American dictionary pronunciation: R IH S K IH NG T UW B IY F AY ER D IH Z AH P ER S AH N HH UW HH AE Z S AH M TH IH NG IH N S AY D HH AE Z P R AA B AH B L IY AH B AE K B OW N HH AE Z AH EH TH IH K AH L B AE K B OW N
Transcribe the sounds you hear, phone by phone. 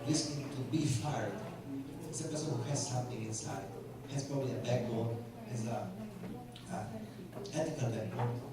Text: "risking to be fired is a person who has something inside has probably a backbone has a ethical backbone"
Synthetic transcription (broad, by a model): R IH S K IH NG T UW B IY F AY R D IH S AH P ER S AH N HH UW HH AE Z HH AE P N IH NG IH N S AY D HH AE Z P R AA B AH B L IY AH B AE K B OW L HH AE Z AH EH T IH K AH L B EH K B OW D